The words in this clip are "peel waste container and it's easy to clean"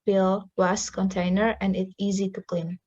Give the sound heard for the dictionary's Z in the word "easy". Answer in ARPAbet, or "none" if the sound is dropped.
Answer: Z